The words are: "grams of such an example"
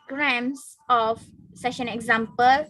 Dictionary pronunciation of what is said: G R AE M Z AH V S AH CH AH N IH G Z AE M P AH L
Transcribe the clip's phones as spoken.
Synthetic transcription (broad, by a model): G R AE M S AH F S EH SH AH N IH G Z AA M P AH L